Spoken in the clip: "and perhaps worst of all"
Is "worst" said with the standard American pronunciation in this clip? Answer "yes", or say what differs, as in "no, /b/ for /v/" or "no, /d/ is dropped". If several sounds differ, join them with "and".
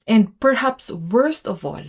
yes